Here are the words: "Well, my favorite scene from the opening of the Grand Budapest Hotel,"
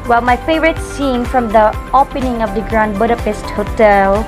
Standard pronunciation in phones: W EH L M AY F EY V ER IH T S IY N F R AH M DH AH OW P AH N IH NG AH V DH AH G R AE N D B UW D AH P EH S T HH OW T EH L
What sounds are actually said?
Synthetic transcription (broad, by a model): W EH L M AY F EY V ER IH T S IY N F R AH M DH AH OW P AH N IH NG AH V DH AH G R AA N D B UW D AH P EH S T HH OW T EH L